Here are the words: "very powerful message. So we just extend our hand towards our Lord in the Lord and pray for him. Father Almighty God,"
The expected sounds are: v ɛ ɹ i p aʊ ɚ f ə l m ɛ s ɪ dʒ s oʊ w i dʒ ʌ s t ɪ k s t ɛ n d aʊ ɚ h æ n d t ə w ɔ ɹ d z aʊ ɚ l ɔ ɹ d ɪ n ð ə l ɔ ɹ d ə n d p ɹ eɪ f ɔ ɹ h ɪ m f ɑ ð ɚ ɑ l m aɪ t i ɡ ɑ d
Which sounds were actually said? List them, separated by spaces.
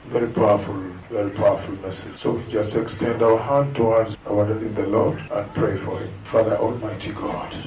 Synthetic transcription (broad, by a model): v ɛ ɹ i p aʊ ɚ f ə l m ɛ s ɪ dʒ s oʊ w i dʒ ʌ s t ɪ k s t ɛ n d aʊ ɚ h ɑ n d t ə w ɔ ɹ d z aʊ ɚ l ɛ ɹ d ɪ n ð ə l ɔ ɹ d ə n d p ɹ eɪ f ɔ ɹ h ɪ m f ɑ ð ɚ ɑ l m aɪ t i ɡ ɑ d